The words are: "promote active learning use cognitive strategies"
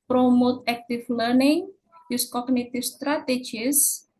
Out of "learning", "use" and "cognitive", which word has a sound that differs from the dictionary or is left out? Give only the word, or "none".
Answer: cognitive